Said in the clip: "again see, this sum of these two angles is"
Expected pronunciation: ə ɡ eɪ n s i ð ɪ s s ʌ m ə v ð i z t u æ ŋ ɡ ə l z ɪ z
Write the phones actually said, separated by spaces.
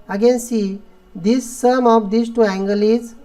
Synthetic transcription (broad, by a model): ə ɡ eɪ n s i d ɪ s s ʌ m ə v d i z t u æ ŋ ɡ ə l ɪ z